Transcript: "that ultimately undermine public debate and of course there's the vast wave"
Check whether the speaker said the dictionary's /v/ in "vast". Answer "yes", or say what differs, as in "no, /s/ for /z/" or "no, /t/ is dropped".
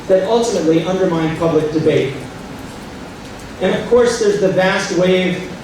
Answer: yes